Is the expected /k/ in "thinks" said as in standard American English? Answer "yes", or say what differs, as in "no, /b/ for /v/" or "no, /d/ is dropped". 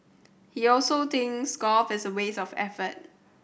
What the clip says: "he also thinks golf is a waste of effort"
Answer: no, /k/ is dropped